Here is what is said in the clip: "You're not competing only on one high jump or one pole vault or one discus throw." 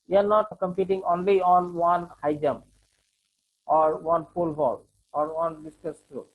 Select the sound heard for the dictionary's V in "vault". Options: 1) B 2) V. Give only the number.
1